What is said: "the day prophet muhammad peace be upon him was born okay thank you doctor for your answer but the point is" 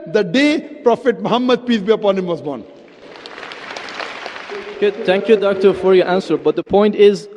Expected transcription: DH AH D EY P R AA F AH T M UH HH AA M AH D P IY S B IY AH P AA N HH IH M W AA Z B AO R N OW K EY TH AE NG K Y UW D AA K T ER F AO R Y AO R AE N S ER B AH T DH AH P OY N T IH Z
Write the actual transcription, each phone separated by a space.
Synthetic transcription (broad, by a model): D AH D EY P R AA F AH T M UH HH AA M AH D P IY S B IY AH P AA N HH IH M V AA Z B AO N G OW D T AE NG K Y UW D AA K T ER F AO R Y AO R AE N S ER B AH T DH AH P OY N T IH Z